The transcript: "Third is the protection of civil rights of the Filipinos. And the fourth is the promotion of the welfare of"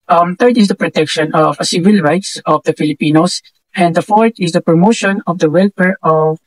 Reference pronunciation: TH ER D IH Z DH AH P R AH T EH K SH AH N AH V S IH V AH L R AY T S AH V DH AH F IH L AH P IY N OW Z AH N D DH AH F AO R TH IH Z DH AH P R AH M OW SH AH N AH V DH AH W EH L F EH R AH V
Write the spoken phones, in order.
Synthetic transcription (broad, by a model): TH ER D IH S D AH P R AH T EH K SH AH N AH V S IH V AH L R AY T S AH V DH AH F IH L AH P IY N OW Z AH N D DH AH F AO R T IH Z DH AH P R AH M OW SH AH N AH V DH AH W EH L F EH R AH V